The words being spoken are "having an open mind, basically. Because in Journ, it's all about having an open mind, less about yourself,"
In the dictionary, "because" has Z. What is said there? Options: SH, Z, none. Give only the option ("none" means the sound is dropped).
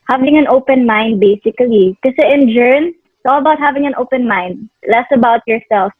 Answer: none